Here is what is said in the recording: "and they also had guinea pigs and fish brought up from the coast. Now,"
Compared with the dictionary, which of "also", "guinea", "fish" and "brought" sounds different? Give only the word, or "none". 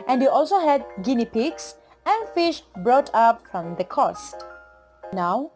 none